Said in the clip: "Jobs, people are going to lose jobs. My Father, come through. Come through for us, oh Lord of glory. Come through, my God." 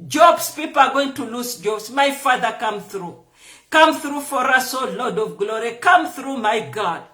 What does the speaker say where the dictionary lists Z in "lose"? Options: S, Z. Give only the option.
S